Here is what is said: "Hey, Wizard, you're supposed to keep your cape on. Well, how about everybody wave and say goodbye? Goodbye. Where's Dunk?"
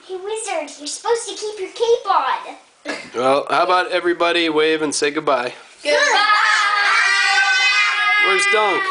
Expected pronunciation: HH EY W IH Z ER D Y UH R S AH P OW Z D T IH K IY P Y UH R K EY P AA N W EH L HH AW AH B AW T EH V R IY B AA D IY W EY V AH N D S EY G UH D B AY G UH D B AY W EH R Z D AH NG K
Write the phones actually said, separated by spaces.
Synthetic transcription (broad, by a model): HH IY W IH Z ER D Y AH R S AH P OW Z T IH K IY P Y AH R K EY B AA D W EH L HH AW AH B AW T EH V R IY B AA D IY W EY V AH N S EY G UH D B AY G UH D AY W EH R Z D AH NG K